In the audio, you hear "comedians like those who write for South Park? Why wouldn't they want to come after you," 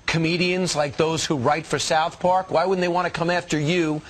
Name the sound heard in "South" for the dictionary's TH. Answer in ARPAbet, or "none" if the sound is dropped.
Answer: TH